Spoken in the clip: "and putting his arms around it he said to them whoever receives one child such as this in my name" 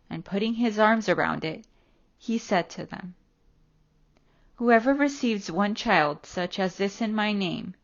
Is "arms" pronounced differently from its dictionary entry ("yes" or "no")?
no